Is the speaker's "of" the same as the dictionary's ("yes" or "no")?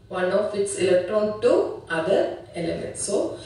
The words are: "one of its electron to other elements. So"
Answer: no